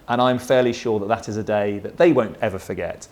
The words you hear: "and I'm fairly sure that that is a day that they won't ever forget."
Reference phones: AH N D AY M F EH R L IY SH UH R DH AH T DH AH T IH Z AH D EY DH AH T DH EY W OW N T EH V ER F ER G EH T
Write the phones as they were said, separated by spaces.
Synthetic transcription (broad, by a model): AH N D AY M F EH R L IY SH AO DH AH T DH AH T IH Z AH D EY DH AH T DH EY W OW N T EH V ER F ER G EH T